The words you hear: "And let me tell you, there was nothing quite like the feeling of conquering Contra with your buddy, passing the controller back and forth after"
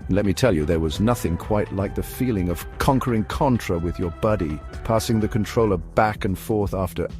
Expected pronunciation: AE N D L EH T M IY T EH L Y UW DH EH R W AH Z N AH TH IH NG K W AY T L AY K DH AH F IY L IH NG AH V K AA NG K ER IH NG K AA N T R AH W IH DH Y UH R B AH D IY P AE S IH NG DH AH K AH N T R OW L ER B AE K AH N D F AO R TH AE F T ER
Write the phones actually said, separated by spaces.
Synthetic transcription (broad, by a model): N L EH T M IY T EH L Y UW DH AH R W AH Z N AH TH IH NG K W AY T L AY K DH AH F IY L IH NG AH V K AA NG K ER IH NG K AA N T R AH W IH DH Y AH R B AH D IY P AE S IH NG DH AH K N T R OW L ER B AE K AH N F AO R TH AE F T ER